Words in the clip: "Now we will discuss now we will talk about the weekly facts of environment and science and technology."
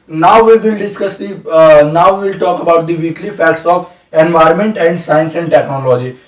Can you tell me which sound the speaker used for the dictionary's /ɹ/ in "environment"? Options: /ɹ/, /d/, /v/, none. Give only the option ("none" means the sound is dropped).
/ɹ/